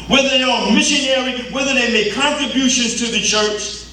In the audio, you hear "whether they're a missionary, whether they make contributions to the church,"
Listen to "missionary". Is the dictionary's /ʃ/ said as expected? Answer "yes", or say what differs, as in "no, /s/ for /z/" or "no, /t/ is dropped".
yes